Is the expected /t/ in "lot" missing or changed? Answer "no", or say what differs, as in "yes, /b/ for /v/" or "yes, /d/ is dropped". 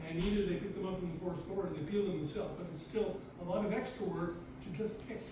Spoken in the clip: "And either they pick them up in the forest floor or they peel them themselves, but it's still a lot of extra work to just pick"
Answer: no